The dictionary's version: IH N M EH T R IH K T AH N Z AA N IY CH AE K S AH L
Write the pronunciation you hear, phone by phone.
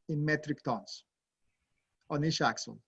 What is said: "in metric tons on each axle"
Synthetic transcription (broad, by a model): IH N M EH T R IH K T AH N S AA N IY SH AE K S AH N